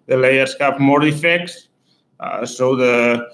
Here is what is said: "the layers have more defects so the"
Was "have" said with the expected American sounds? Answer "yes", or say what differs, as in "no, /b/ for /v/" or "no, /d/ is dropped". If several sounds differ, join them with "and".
no, /p/ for /v/